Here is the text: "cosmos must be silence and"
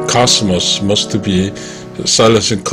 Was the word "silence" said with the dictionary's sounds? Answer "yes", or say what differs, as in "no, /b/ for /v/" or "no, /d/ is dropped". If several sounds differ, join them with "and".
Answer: no, /n/ is dropped